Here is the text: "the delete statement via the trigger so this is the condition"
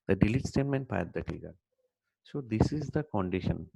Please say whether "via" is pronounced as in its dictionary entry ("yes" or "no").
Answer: no